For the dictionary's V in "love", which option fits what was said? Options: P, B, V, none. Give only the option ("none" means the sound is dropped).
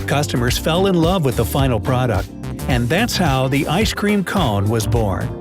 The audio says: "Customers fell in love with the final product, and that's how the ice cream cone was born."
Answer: V